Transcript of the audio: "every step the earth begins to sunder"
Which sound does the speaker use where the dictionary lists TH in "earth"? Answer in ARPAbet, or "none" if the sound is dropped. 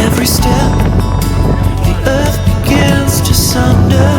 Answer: TH